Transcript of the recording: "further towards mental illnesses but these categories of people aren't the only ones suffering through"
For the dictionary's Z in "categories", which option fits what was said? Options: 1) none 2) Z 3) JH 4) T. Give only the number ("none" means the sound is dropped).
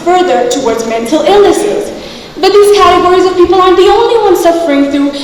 2